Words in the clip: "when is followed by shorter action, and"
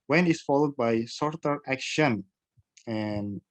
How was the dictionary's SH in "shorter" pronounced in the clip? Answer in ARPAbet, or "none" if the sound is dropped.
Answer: S